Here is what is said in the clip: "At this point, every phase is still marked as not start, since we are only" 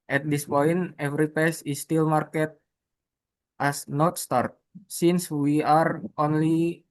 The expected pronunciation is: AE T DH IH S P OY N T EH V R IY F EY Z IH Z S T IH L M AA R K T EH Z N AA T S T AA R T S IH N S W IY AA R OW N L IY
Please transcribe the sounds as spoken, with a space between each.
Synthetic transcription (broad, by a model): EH T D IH S P OY N T EH V R IY P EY S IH S T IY L M AA R K T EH S N AA T S T AA R T S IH N S W IY AA R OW N L IY